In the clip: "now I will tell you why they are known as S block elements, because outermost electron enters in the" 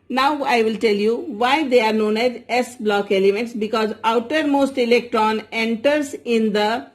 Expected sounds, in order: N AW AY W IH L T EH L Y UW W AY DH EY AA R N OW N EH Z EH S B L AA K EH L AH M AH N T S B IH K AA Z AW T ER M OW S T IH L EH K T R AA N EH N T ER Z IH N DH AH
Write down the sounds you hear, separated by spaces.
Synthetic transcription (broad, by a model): N AW AY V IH L T EH L Y UW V AY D EY AA R N OW N EH Z EH S B L AA K EH L AH M AH N T S B IH K AA Z AW T ER M OW S T IH L EH K T R AA N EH N T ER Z IH N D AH